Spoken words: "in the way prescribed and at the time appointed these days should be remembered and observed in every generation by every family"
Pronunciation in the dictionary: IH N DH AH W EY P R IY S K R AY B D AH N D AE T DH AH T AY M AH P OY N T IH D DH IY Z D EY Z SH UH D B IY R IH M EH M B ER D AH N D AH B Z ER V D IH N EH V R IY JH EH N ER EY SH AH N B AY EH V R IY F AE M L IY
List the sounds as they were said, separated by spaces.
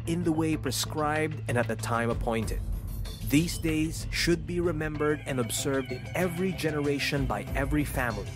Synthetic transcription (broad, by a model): IH N DH AH W EY P R IY S K R AY B D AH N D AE T DH AH T AY M AH P OY N T IH D DH IY Z D EY Z SH UH D B IY R IH M EH M B ER D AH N AH B Z ER V D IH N EH V R IY JH EH N ER EY SH AH N B AY EH V R IY F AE M L IY